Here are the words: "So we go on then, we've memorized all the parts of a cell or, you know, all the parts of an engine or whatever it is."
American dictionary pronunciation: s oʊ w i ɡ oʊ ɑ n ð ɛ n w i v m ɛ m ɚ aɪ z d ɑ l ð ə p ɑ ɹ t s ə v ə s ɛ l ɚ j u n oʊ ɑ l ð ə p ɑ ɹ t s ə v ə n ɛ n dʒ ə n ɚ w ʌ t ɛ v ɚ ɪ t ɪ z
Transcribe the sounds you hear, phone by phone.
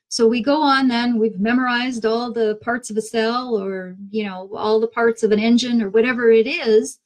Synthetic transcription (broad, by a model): s oʊ w i ɡ oʊ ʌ n ð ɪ n w i v m ɛ m ɚ aɪ z d ɑ l ð ə p ɑ ɹ t s ə v ə s ɛ l ɚ j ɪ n oʊ ɑ l ð ə p ɑ ɹ t s ə v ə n ɛ n dʒ ə n ɚ w ʌ t ɛ v ɚ ɪ t ɪ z